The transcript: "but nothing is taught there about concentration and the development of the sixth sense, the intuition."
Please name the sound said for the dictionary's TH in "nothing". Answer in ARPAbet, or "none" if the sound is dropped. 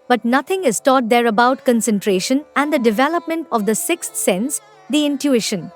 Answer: T